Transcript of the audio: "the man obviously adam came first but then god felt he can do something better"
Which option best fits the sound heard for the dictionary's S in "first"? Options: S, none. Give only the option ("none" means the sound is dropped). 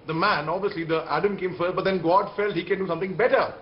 none